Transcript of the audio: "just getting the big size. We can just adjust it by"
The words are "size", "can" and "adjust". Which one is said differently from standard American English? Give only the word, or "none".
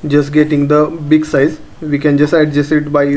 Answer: adjust